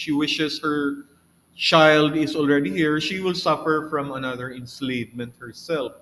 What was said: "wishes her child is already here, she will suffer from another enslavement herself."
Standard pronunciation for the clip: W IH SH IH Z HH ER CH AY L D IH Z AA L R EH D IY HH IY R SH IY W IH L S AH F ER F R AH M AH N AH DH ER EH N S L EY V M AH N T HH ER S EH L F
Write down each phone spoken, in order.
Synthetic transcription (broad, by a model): W IH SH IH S HH ER CH AY L D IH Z AA L R EH D IY HH IY R SH IY W IH L S AH F ER F R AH M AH N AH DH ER EH N S L EY V M AH N T HH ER S EH L F